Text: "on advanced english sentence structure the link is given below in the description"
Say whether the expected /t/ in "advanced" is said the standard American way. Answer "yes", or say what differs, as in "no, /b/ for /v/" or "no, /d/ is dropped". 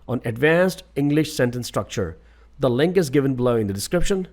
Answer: yes